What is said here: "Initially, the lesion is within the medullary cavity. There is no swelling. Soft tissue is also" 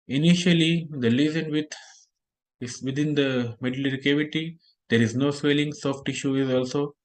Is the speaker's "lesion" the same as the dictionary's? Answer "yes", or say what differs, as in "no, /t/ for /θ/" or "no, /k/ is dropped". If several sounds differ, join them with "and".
no, /z/ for /ʒ/